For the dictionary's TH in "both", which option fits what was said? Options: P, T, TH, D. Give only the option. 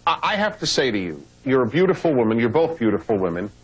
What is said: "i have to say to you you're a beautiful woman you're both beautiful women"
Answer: TH